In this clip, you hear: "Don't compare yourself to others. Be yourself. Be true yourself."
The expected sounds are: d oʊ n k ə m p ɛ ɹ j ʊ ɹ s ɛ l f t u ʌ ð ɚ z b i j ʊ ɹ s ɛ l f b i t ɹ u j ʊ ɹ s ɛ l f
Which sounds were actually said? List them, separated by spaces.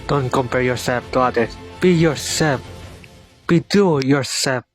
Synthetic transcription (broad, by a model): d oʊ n k ə m p ɛ ɹ j ʊ ɹ s ɛ l f t u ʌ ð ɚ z b i j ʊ ɹ s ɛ l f b i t u j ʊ ɹ s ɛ l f